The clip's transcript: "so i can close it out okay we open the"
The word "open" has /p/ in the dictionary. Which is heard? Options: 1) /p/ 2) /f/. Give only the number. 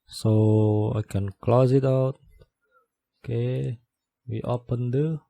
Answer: 1